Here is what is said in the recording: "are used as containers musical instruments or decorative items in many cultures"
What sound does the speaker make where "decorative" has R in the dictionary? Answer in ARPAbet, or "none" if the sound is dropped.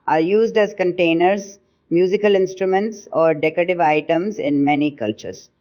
R